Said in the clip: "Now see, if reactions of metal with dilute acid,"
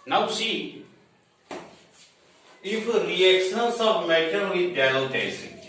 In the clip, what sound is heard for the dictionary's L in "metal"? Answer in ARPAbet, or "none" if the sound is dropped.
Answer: N